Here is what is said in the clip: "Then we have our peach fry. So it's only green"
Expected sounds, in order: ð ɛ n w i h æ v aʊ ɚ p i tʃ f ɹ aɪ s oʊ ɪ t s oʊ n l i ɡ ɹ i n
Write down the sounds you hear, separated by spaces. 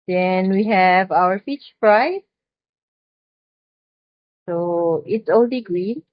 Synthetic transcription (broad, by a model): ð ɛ n w i h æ v aʊ ɚ f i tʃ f ɹ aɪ s oʊ ɪ t s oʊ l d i ɡ ɹ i